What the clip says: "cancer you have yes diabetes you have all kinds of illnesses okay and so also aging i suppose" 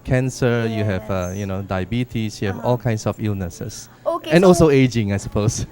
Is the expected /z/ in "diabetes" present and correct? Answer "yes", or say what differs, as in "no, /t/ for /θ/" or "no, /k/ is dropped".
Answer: no, /s/ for /z/